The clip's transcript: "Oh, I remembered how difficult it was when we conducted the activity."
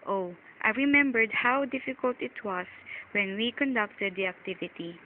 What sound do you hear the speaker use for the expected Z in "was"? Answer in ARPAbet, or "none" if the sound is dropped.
S